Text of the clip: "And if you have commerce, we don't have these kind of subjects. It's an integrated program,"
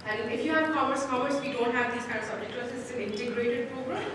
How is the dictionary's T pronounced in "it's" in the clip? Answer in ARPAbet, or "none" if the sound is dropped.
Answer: S